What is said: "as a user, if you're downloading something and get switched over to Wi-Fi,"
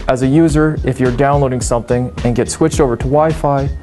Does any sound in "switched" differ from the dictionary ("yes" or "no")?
no